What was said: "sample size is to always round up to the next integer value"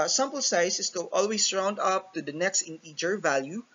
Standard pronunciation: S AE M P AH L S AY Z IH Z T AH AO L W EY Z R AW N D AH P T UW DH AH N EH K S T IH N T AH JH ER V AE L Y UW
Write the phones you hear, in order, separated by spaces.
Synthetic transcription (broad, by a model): S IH M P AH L S AY S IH S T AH AO L W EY S R AW N D AH P T UW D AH N EH K S T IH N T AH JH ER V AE L Y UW